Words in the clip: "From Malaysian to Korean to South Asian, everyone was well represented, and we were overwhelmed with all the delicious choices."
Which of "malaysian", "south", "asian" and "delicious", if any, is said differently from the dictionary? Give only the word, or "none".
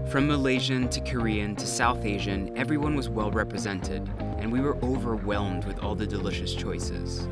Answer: none